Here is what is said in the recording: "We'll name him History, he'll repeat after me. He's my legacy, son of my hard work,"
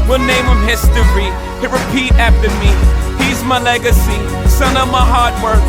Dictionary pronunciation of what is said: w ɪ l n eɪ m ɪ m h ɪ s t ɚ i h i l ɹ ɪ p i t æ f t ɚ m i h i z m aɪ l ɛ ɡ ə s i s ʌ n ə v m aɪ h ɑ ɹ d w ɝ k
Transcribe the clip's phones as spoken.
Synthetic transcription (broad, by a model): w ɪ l n eɪ m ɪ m h ɪ s t ɚ i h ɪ ɹ ɪ p i t æ f t ɚ m i h i z m aɪ l ɛ ɡ ə s i s ʌ n ə v m aɪ h ɑ ɹ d w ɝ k